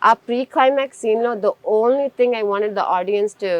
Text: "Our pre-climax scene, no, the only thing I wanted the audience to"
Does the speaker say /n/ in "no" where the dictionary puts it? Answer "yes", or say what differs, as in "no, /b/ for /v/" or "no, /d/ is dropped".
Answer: no, /l/ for /n/